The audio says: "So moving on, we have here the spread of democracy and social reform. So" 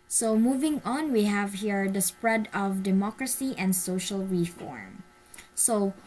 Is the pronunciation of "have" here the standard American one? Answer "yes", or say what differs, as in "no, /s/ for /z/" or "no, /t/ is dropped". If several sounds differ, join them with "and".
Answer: yes